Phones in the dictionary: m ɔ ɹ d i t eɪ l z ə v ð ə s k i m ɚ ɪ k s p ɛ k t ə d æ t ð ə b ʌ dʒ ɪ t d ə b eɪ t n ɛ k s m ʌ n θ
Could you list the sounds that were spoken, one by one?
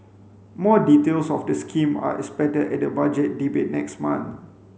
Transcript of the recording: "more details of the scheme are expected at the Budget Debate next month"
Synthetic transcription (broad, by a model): m ɔ d i t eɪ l s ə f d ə s k i m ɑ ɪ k s p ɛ t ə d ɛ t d ə b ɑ dʒ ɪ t d ə b eɪ t n ɛ k s m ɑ n